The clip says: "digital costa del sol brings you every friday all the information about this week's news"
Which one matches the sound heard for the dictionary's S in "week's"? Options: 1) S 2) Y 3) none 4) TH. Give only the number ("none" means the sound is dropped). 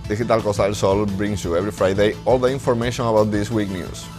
3